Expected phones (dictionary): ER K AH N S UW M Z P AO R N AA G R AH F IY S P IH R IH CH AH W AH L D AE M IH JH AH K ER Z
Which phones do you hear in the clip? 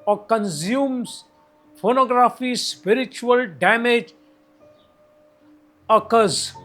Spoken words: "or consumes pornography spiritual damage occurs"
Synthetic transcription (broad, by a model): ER K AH N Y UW M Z F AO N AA G R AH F IY S P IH R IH CH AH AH L D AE M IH JH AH K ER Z